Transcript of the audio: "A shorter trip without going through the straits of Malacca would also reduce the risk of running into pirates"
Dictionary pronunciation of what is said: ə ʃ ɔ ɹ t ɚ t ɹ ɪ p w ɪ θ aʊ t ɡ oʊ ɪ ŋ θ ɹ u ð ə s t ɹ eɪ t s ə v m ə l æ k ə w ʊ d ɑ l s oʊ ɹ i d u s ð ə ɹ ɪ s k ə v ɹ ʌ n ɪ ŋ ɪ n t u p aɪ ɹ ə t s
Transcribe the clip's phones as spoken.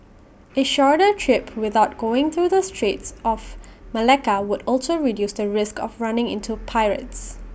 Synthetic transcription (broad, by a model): ə ʃ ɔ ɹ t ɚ t ɹ ɪ p w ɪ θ aʊ t ɡ oʊ ɪ ŋ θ ɹ u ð ə s t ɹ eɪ t s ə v m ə l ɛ k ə w ʊ d ɑ l s oʊ ɹ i d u s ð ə ɹ ɪ s k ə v ɹ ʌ n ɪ ŋ ɪ n t u p aɪ ɹ ə t s